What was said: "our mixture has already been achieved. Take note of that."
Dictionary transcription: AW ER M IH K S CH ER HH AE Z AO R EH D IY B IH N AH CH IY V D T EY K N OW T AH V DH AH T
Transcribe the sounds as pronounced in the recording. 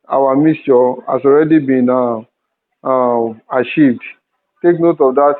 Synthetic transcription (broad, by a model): AW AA M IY S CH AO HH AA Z AO R EH D IY B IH N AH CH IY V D T EY K N OW T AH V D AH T